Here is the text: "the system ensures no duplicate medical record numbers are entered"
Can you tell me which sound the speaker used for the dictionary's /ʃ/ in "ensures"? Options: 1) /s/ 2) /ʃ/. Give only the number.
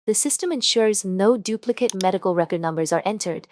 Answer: 2